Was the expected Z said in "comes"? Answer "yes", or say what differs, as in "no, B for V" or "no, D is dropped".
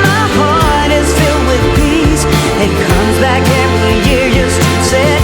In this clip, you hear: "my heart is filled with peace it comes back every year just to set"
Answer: yes